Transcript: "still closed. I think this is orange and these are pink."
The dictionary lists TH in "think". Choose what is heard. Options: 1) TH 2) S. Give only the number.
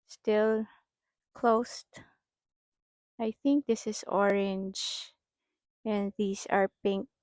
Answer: 1